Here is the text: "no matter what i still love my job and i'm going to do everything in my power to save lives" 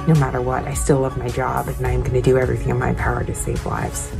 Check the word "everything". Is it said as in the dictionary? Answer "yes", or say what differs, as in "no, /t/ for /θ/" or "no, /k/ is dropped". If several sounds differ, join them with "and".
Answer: yes